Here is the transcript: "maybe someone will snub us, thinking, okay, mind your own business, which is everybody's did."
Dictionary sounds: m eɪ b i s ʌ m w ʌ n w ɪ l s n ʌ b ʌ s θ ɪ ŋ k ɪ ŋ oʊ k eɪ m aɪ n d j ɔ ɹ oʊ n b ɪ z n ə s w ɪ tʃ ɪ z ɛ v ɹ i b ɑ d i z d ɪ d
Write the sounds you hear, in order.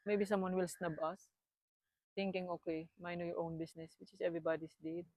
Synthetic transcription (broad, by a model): m eɪ b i s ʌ m w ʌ n w ɪ l s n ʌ b ʌ s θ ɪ ŋ k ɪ ŋ oʊ k eɪ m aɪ n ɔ j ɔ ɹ oʊ n b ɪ s n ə s w ɪ tʃ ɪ s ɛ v ɹ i b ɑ d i s d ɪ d